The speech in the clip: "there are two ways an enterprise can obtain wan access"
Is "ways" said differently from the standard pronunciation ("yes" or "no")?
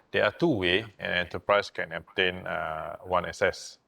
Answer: yes